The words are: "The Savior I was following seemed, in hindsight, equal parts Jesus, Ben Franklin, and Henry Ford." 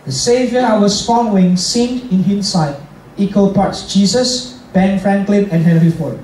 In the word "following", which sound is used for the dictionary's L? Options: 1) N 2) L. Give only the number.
1